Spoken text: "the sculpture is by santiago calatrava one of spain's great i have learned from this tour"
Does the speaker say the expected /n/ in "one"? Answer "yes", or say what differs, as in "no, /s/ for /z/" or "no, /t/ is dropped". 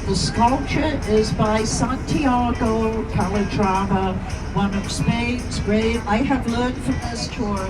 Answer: yes